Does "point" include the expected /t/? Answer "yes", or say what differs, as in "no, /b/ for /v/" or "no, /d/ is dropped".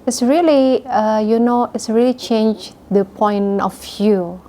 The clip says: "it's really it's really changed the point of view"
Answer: no, /t/ is dropped